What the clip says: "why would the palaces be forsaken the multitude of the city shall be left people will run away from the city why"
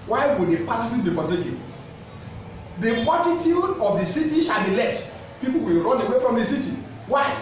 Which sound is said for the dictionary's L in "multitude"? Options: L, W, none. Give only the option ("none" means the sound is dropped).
none